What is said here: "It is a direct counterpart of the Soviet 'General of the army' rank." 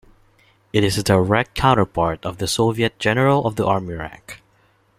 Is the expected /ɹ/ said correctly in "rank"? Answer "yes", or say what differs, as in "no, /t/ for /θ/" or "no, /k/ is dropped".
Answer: yes